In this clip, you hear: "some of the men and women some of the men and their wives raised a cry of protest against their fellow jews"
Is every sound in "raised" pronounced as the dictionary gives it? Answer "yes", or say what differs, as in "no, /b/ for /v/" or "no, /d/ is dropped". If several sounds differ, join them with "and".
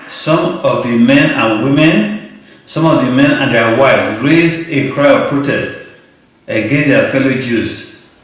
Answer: no, /d/ is dropped